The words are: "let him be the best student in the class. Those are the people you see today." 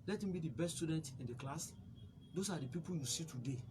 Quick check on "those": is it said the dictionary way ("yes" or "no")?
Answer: no